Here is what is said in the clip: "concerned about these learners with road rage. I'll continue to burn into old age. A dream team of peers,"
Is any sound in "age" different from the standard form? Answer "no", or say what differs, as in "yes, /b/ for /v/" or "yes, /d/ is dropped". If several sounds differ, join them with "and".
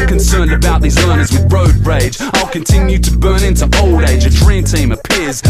no